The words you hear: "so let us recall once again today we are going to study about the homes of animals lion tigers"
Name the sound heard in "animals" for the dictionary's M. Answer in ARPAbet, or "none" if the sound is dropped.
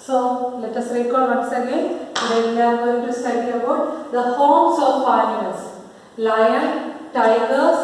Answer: none